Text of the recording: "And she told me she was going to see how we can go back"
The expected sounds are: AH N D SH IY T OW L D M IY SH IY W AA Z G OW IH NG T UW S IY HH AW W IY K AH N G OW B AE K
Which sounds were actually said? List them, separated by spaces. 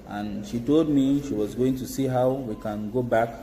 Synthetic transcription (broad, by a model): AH N SH IY T OW L D M IY SH IY W AA Z G OW IH NG T UW S IY HH AW W IY K AH N G OW B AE K